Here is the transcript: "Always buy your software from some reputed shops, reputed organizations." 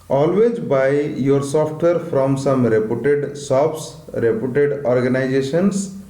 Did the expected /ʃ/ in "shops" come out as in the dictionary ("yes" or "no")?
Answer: no